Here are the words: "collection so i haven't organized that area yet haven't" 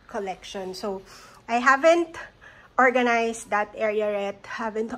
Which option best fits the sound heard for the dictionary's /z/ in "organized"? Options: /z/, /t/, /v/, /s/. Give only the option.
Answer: /s/